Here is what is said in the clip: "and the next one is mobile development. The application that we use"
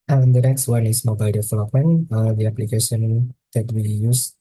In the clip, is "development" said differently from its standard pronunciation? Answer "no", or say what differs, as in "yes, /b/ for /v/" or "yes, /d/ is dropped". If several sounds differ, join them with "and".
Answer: yes, /f/ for /v/ and /m/ is dropped